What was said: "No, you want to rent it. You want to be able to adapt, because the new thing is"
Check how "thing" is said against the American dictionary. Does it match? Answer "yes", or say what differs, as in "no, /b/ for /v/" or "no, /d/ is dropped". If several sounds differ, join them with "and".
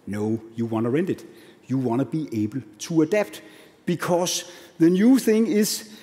yes